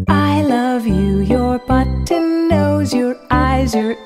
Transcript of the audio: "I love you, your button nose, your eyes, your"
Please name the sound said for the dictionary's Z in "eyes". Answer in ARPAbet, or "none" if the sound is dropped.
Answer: Z